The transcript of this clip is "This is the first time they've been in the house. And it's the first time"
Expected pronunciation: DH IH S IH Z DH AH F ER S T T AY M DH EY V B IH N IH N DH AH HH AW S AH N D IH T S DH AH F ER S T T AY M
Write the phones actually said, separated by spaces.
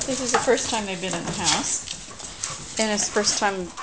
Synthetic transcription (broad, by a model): DH IH S IH Z DH AH F ER S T T AY M DH EY V B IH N IH N DH AH HH AW S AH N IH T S F ER S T T AY M